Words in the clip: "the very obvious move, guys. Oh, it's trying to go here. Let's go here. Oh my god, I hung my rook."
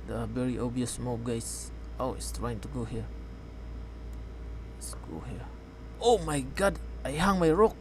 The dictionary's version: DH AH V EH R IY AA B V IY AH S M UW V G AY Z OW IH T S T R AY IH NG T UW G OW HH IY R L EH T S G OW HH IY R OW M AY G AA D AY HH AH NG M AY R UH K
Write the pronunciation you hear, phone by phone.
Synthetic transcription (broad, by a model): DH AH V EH R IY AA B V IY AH S M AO P G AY S OW IH T S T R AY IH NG T UW G OW HH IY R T S G OW HH IY R OW M AY G AA D AY HH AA NG M AY R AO K